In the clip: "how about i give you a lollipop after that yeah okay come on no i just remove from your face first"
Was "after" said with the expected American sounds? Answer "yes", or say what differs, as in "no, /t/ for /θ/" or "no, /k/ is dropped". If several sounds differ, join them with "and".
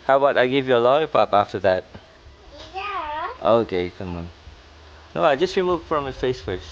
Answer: yes